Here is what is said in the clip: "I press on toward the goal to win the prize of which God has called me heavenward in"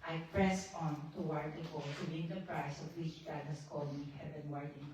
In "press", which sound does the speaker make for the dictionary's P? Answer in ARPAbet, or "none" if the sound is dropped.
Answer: P